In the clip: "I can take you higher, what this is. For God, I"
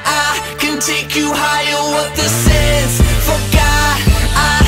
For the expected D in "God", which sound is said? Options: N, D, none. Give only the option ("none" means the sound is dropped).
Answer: none